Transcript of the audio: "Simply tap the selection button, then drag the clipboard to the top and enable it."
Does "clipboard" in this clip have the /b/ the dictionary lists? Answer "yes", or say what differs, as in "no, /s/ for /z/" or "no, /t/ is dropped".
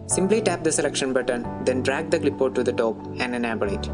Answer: no, /b/ is dropped